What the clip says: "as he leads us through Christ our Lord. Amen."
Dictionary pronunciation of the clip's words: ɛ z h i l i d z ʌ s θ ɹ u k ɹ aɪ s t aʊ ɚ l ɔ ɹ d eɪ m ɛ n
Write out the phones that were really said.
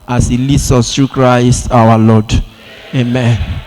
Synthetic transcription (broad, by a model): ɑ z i l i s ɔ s t ɹ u k ɹ aɪ s t aʊ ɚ l ɔ d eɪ m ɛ n